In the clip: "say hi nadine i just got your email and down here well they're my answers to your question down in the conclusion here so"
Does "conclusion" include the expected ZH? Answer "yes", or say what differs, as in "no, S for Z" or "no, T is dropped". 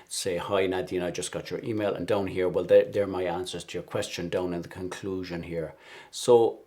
yes